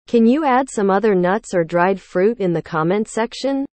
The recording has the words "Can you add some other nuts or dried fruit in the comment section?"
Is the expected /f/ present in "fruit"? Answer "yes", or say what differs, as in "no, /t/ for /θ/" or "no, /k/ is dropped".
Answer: yes